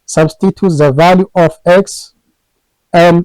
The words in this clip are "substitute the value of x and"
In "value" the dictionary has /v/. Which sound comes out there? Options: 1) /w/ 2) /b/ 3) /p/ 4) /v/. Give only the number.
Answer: 4